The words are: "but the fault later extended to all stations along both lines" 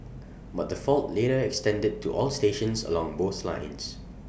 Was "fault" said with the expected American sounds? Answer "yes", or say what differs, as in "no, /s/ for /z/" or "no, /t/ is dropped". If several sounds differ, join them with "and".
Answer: yes